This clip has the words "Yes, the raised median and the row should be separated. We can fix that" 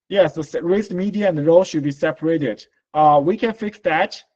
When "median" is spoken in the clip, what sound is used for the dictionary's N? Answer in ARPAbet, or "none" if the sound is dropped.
none